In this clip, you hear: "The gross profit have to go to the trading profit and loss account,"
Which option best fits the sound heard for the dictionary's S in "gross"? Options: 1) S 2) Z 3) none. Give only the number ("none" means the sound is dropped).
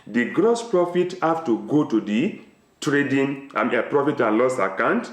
1